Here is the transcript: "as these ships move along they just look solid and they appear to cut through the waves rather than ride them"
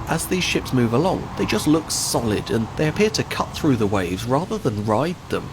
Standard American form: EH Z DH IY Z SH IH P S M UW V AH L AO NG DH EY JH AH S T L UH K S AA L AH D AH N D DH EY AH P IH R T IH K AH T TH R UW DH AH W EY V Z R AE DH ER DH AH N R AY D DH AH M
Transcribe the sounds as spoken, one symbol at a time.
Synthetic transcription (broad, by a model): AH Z DH IY Z SH IH P S M UW V AH L AO NG DH EY JH AH S T L UH K S AA L AH D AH N DH EY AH P IH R T IH K AH T TH R UW DH AH W EY V Z R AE DH ER DH AH N R AY D DH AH M